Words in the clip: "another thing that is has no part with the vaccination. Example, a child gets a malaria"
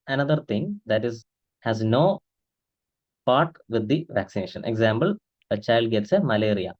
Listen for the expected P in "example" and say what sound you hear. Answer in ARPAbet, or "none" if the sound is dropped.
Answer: B